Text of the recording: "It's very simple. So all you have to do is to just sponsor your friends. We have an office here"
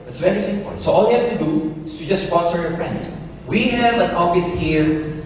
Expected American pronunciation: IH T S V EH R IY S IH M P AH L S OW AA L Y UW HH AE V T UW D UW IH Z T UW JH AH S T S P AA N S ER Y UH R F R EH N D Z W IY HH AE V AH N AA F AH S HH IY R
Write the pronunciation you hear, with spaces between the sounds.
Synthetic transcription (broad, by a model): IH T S V EH R IY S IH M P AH N S OW AA L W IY HH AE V T UW D UW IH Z T UW JH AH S S P AA N S ER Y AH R F R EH N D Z W IY HH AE V AH N AA F AH S HH IY R